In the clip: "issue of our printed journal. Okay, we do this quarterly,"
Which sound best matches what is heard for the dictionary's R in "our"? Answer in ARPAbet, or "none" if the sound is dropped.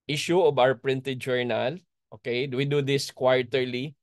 W